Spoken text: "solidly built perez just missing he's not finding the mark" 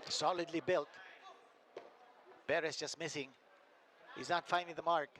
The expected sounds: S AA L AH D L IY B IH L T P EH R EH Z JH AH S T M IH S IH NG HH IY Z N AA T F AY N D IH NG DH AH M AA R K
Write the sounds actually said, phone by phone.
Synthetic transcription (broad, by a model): S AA L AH D L IY B IH L T B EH R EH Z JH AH S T M IH S IH NG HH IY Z N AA T F AY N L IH DH AH M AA R K